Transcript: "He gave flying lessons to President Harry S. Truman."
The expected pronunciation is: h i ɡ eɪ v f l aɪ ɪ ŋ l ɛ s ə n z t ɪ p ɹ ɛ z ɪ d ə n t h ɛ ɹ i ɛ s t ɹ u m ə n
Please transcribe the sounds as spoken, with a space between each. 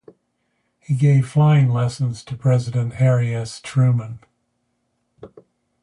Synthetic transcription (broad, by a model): h i ɡ eɪ v f l aɪ ɪ ŋ l ɛ s ə n z t ɪ p ɹ ɛ z ɪ d ə n t h ɛ ɹ i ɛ s t ɹ u m ə n